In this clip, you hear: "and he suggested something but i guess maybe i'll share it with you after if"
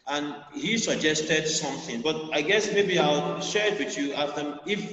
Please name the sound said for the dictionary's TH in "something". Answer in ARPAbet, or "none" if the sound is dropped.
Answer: TH